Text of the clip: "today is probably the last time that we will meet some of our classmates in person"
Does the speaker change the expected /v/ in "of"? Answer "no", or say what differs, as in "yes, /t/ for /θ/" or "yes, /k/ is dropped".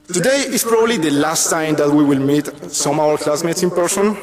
yes, /w/ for /v/